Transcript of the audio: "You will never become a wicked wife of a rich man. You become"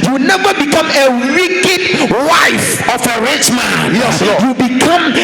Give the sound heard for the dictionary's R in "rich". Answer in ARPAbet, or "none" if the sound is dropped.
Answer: R